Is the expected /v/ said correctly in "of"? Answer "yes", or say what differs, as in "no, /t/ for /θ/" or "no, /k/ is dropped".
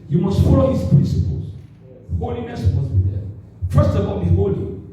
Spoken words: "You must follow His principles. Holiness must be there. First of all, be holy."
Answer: no, /b/ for /v/